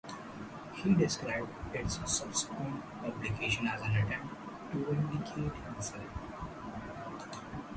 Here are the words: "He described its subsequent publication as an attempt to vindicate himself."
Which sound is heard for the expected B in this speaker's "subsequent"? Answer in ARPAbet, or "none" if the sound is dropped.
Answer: none